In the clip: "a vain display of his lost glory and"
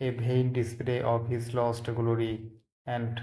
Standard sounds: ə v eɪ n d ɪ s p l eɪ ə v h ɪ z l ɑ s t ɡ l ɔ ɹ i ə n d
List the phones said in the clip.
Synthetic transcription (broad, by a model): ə b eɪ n d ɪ s p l eɪ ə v h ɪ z l ɑ s t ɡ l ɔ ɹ i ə n d